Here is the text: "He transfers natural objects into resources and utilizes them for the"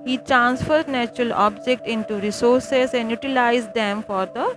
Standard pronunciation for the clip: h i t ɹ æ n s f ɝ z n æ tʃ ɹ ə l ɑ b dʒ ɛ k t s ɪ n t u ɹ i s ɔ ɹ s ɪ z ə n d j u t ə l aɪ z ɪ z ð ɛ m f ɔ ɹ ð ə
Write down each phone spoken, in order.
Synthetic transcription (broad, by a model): h i t ɹ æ n s f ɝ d n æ tʃ ɹ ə l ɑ b dʒ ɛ k t ɪ n t u ɹ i s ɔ ɹ s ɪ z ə n j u t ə l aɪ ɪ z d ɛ m f ɔ ɹ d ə